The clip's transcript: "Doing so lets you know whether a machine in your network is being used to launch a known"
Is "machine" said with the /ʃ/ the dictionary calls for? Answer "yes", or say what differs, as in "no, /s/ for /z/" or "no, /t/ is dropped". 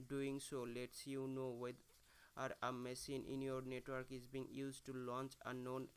no, /s/ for /ʃ/